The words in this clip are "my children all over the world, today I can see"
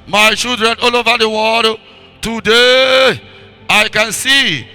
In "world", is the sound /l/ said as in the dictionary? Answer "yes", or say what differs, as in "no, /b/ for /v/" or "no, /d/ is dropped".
no, /l/ is dropped